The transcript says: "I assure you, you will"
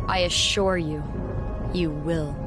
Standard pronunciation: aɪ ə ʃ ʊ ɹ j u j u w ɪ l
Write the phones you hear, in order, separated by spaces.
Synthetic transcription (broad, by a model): aɪ ə ʃ ʊ ɹ j u j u w ɪ l